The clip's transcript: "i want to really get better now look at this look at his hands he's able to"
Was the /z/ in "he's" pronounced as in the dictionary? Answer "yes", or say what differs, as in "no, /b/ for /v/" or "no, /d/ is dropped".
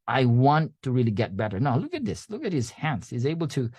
yes